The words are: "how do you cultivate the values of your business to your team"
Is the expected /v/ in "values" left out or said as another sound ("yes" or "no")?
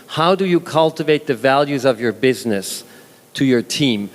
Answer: no